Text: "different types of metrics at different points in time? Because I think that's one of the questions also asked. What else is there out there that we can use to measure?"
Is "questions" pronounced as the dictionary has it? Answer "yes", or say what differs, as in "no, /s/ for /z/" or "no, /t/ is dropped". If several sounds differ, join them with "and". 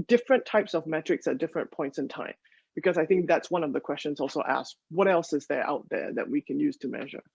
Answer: yes